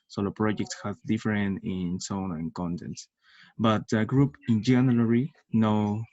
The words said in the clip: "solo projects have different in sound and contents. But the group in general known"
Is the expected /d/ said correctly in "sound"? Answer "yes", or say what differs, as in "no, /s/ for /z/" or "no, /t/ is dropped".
no, /d/ is dropped